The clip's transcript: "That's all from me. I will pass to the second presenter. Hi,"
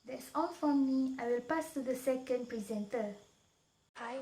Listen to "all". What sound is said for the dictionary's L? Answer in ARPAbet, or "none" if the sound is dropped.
N